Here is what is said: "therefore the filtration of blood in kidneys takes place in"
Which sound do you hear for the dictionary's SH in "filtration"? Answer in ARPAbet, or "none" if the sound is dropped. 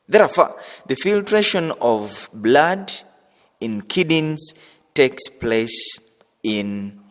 SH